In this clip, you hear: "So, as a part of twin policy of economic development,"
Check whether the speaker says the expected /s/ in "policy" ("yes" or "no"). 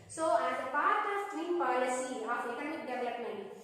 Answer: yes